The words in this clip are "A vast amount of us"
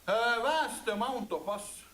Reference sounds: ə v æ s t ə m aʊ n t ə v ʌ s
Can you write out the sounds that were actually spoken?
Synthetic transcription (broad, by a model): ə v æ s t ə m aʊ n t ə p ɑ s